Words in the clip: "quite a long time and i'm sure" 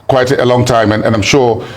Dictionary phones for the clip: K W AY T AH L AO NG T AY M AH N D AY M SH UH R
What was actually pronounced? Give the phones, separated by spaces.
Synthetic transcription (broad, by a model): K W AY T AH L AO NG T AY M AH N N AY M SH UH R